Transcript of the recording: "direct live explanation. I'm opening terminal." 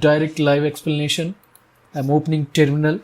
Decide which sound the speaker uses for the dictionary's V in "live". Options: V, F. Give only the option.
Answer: V